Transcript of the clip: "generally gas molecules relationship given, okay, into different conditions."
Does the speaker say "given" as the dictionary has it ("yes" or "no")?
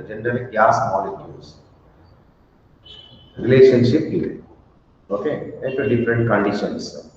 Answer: no